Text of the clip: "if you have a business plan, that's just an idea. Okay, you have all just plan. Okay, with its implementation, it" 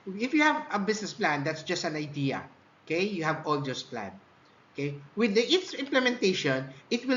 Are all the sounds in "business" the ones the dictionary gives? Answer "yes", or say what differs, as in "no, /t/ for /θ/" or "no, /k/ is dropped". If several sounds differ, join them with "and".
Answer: no, /s/ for /z/